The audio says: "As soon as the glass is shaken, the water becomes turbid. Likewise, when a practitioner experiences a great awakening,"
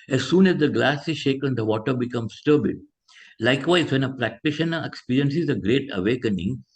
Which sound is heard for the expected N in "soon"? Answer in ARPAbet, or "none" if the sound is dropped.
N